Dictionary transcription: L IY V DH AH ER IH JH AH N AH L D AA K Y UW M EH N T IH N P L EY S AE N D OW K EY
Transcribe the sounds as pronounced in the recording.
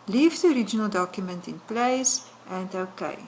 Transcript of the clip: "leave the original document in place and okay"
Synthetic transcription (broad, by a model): L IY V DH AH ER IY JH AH N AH L D AA K Y UW M EH N T IH N P L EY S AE N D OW K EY